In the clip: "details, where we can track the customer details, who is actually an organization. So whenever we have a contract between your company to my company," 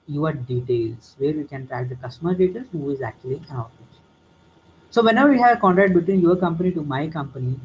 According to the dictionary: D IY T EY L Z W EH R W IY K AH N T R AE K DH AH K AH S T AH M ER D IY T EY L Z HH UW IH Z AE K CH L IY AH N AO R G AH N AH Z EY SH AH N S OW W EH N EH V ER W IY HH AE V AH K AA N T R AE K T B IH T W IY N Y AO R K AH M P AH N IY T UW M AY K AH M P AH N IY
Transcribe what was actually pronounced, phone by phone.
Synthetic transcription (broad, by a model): D IY T EY L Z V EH R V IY K AH N T R AE K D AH K AH S T AH M ER D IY T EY L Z HH UW IH Z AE K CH IY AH L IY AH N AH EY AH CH S OW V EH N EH V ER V IY HH AE V AH K AA N T R AE K T B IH T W IY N Y AO R K AH M P AH N IY T UW M AY K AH M P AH N IY